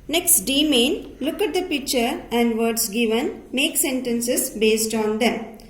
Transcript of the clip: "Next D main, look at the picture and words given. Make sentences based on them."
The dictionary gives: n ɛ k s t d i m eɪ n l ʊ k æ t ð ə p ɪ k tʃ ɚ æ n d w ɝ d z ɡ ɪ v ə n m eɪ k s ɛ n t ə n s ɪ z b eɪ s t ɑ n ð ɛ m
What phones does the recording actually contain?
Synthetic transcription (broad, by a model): n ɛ k s t d i m eɪ n l ʊ k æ t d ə p ɪ k tʃ ɚ æ n d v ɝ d s ɡ ɪ v ə n m eɪ k s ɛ n t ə n s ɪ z b eɪ s t ɑ n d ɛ m